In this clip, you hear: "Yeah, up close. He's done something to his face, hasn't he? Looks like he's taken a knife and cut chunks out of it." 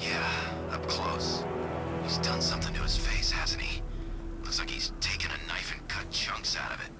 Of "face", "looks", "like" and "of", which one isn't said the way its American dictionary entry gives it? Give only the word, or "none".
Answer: none